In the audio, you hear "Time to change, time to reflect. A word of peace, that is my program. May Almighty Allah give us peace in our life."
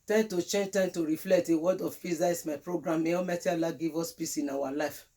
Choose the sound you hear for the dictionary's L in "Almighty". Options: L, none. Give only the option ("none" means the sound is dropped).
none